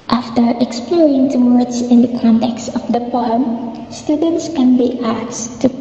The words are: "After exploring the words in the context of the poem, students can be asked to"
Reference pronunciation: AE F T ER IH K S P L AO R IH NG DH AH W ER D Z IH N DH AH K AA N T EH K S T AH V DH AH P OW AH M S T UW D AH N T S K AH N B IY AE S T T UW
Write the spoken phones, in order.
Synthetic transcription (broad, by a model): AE F T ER IH K S P L AO R IH NG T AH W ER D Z IH N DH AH K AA N T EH K S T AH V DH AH P OW AH M S T UW D AH N T S K AH N B IY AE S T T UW